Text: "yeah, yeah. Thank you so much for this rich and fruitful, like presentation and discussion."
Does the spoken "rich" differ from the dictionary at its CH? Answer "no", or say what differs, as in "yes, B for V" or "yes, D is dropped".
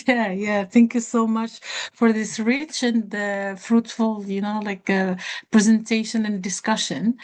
no